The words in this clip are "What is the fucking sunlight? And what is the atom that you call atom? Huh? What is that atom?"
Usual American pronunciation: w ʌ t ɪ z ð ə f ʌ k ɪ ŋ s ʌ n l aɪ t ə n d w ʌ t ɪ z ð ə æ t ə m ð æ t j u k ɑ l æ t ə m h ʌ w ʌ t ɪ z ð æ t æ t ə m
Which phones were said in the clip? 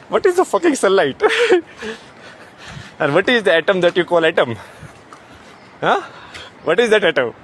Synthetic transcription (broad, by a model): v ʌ t ɪ z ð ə f ʌ k ɪ ŋ s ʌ l aɪ t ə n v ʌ t ɪ z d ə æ t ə m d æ t j u k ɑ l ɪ t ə m h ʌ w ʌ t ɪ z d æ t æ t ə m